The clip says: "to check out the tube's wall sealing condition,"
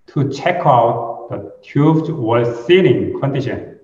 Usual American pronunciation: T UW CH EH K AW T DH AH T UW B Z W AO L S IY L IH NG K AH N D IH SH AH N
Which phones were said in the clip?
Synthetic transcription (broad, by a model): T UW CH EH K AW T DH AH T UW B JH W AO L S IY N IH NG K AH N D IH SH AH N